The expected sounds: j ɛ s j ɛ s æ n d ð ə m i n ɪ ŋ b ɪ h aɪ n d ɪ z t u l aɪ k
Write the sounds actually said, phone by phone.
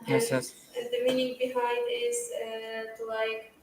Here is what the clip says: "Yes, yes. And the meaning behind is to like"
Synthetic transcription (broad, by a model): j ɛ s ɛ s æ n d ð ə m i n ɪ ŋ b ɪ h aɪ n d ɪ z t u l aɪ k